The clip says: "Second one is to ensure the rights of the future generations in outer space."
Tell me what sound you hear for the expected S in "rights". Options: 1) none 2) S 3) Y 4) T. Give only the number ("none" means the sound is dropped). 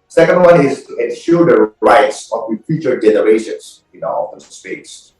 2